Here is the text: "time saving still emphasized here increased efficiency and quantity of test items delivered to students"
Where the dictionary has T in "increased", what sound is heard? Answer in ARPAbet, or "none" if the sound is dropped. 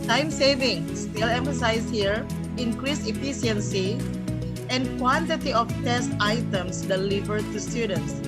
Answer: none